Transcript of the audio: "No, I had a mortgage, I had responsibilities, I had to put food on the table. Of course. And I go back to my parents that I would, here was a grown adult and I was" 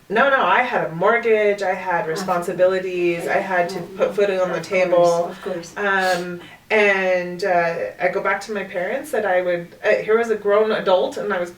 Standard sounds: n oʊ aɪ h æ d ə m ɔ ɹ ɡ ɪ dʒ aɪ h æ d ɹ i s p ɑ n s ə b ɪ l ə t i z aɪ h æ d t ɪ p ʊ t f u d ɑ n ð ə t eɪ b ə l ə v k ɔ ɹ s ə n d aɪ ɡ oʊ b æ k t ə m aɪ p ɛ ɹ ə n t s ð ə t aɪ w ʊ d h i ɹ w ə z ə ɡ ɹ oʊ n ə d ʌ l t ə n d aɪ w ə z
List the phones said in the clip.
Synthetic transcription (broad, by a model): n oʊ aɪ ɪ d ə m ɔ ɹ ɡ ɪ dʒ aɪ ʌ d ɹ i s p ɑ n s ə b ɪ l ə t i z aɪ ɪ d t ɪ p ʊ t f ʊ d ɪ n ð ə t eɪ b l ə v k ɔ ɹ s ə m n aɪ ɡ oʊ b æ k t ə m aɪ p ɛ ɹ ə n t s ð ə t aɪ w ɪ d h i ɹ w ə z ə ɡ ɹ oʊ n ə d ʌ l t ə n aɪ w ə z